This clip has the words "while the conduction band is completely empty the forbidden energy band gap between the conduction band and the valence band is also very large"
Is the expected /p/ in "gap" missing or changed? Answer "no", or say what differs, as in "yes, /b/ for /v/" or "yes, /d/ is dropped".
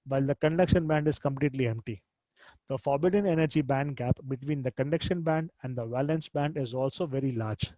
no